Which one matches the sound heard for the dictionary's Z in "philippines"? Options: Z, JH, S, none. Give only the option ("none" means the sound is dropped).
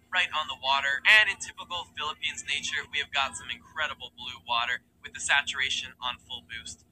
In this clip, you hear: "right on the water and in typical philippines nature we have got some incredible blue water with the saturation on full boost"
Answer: Z